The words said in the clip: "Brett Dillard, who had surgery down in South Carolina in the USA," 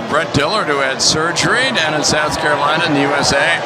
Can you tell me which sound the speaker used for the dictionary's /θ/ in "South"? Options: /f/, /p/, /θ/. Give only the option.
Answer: /θ/